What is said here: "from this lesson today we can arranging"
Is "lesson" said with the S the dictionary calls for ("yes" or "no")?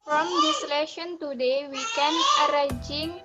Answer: no